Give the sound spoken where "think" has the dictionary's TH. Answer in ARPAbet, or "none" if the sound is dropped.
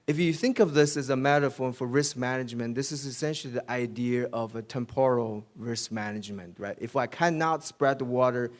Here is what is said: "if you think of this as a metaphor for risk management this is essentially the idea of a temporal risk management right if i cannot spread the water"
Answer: TH